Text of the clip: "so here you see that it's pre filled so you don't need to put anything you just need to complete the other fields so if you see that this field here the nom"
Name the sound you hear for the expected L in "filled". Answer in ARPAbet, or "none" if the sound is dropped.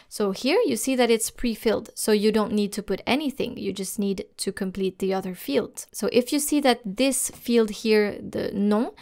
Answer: L